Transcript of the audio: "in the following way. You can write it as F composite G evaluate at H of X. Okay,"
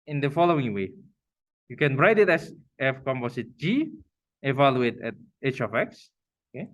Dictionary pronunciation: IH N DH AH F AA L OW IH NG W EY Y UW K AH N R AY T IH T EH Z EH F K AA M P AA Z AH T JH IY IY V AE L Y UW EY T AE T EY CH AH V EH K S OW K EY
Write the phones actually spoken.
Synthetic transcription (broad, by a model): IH N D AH F AA L OW IH NG W EY Y UW K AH N R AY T IH T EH S EH F K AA M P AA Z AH T JH IY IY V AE L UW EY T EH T EY CH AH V EH K S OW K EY